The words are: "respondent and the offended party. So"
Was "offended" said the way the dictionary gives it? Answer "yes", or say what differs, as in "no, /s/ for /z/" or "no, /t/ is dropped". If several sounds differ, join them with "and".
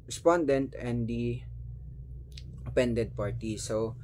no, /p/ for /f/